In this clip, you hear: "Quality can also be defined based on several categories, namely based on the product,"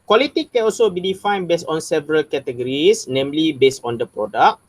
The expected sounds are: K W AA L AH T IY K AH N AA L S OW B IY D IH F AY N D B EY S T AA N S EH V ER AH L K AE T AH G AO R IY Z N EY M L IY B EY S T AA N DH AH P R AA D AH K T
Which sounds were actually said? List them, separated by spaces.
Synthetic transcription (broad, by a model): K W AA L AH T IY K AH N AA L S OW B IY D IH F AY N B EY S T AA N S EH V ER AH L K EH T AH G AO R IY S N EY M L IY B EY S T AA N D AH P R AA D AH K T